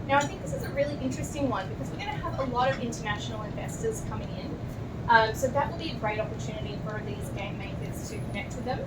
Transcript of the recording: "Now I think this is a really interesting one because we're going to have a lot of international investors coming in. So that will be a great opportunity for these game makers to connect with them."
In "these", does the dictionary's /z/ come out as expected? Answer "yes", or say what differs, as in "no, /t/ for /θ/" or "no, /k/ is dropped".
yes